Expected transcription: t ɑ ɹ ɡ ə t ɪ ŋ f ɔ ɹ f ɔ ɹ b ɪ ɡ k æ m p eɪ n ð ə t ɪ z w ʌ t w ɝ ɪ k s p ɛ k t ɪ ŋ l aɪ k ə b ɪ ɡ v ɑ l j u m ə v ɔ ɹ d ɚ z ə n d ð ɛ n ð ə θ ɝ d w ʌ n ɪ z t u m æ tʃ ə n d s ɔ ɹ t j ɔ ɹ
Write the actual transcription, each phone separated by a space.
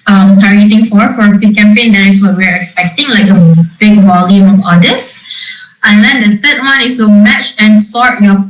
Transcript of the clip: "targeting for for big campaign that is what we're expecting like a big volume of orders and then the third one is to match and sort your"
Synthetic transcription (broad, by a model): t ɑ ɹ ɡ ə t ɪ ŋ f ɔ ɹ f ɔ ɹ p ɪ k æ m p eɪ n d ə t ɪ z w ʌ t w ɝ ɪ k s p ɛ k t ɪ ŋ l aɪ k ə b ɪ ɡ v ɑ l j u m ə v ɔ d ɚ s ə n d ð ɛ n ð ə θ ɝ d w ʌ n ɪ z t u m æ tʃ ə n s ɔ ɹ t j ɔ